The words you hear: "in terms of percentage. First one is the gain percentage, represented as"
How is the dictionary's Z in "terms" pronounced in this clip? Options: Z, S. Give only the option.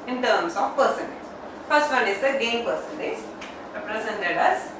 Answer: S